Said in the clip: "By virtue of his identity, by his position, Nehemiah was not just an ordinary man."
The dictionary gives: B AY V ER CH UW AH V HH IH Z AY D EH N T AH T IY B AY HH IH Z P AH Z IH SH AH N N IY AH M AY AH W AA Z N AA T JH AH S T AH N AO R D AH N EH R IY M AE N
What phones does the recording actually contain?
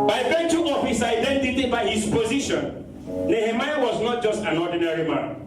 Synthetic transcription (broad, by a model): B AY B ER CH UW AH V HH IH S AY D EH N T AH T IY B AY HH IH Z P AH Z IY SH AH N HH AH M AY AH W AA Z N AA T JH AH S T AH N AO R D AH N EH R IY M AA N